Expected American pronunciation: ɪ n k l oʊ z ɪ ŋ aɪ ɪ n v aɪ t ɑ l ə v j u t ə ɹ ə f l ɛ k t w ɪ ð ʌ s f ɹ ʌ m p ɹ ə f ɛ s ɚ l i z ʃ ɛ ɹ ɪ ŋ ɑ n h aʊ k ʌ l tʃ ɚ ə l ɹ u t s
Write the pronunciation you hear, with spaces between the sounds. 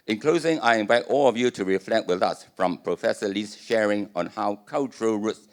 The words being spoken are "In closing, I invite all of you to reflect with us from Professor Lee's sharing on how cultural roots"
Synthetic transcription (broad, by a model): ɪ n k l oʊ z ɪ ŋ aɪ ɪ n v aɪ t ɑ l ə v j u t ə ɹ ə f l ɛ k t w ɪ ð ʌ s f ɹ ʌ m p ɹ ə f ɛ s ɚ l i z ʃ ɛ ɹ ɪ ŋ ɑ n h aʊ k ʌ l tʃ ɚ ə l ɹ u t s